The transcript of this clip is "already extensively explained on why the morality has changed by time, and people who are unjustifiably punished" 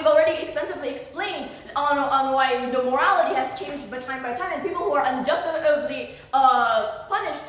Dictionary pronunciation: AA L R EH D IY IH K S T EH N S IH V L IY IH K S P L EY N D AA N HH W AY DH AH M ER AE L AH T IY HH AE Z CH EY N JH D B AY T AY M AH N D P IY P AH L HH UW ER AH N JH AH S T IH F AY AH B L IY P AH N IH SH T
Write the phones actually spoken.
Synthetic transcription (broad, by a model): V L R EH D IY IH K S T EH N S IH V L IY IH K S P L EY N D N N W AY DH AH M ER AE L AH T IY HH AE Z CH EY N JH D B AY T AY M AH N P IY P L HH UW ER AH N JH AH S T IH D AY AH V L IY P AH N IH SH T